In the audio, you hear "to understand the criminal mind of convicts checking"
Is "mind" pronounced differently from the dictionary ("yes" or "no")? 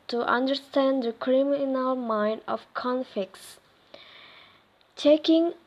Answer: no